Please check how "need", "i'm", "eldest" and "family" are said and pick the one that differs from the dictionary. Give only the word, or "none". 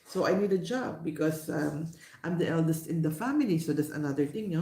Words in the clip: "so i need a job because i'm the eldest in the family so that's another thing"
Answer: none